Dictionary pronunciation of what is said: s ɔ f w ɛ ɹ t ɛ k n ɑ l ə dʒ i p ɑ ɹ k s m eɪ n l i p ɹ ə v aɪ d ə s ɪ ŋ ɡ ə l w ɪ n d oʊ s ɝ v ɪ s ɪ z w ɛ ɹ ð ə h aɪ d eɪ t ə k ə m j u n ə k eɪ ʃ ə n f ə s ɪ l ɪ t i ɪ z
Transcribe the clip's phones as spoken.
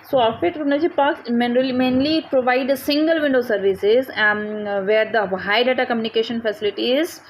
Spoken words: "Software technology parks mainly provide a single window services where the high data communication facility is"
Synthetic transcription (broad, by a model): s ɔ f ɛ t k u n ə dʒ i p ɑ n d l m eɪ n l i p ɹ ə v aɪ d ə s ɪ ŋ ɡ ə l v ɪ n d oʊ s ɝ v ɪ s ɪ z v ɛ ɹ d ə h aɪ d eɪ t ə k ə m j u n ə k eɪ ʃ ə n f ə s ɪ l ɪ t i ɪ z